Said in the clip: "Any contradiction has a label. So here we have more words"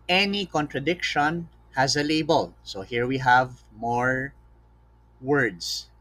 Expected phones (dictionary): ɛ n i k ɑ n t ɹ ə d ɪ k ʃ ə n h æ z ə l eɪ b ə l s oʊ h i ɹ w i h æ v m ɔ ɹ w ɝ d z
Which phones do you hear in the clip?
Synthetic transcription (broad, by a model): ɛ n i k ɑ n t ɹ ə d ɪ k ʃ ə n h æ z ə l eɪ b ə l s oʊ h i ɹ w i h æ v m ɔ ɹ w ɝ d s